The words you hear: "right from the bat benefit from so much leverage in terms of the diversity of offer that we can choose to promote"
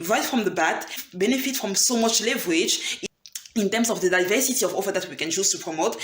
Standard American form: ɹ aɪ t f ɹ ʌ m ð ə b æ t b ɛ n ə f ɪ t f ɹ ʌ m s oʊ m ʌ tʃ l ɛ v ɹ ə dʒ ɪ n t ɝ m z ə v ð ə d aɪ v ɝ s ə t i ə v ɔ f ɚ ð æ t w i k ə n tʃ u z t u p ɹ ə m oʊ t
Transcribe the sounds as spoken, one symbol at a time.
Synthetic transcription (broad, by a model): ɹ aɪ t f ɹ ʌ m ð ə b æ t b ɛ n ə f ɪ t f ɹ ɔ m s oʊ m ʌ tʃ l ɛ v ɹ ə dʒ ɪ n t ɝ m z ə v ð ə d aɪ v ɝ s ə t i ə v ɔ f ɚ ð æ t w i k ə n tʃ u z t u p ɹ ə m oʊ t